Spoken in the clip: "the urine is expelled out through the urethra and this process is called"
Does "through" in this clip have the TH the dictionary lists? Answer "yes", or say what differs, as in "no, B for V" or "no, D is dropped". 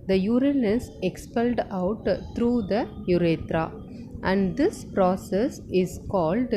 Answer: no, T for TH